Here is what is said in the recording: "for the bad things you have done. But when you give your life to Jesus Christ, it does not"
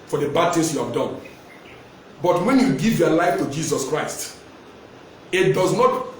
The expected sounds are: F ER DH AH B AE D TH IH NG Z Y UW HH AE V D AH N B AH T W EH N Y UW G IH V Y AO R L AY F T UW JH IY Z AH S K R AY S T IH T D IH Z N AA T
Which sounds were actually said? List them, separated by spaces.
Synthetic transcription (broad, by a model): F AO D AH B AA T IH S Y UW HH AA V D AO N B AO T W EH N Y UW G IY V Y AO L AY F T UW JH IY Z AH S K R AY S T IH T D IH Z N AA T